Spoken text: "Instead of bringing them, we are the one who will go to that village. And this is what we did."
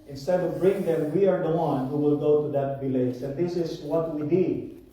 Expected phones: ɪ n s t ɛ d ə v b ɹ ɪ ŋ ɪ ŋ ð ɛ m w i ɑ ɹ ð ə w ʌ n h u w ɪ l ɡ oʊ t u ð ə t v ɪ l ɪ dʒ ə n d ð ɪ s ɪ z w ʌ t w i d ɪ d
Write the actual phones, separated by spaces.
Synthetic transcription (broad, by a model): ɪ n s t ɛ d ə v b ɹ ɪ ŋ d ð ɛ m w i ɑ ɹ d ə w ʌ n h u w ɪ l ɡ oʊ t u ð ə t b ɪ l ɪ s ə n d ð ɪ s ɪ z w ʌ t w i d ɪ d